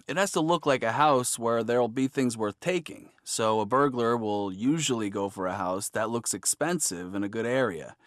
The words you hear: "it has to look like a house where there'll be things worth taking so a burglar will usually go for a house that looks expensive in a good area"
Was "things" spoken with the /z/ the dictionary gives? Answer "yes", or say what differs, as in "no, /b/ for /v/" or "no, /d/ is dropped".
yes